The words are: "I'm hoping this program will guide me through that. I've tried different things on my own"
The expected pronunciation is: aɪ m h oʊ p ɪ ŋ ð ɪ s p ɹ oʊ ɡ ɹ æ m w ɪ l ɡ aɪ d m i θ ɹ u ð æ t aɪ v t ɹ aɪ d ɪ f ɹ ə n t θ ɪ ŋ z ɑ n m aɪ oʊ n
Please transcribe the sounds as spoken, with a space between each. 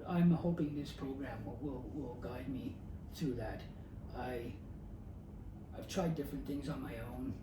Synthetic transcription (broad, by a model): aɪ m h oʊ p ɪ ŋ ð ɪ s p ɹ oʊ ɡ ɹ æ m w ɪ l ɡ aɪ d m i θ ɹ u ð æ t aɪ v t ɹ aɪ d ɪ f ɹ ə n θ ɪ ŋ z n m aɪ oʊ n